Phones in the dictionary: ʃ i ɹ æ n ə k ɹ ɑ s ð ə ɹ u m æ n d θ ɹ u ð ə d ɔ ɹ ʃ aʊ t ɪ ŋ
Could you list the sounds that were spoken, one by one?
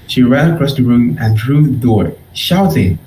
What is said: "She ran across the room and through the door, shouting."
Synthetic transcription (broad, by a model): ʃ i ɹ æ ə k ɹ ɑ s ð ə ɹ u m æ n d ɹ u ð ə d ɔ ɹ ʃ aʊ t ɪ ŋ